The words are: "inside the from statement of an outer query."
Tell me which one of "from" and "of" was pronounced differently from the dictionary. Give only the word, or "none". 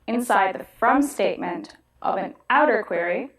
none